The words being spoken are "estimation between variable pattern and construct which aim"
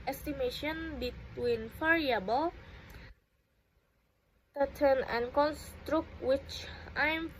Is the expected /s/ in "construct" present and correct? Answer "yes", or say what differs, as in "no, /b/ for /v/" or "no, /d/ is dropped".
yes